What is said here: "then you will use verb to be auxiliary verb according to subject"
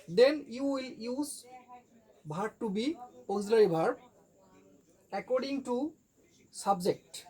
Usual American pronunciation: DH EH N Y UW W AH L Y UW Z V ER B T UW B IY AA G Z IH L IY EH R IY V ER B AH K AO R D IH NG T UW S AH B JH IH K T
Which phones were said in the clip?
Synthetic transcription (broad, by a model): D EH N Y UW W AH L Y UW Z B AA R T UW B IY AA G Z L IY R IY B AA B AH K AO R D IH NG T UW S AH B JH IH K T